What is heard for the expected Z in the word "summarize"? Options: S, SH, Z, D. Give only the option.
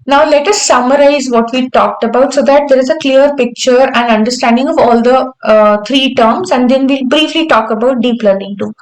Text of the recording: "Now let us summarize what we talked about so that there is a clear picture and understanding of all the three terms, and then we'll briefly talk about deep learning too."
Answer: Z